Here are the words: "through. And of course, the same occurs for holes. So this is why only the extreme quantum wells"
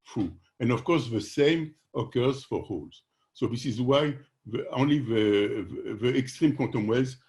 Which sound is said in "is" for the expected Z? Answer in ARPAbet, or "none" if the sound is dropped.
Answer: Z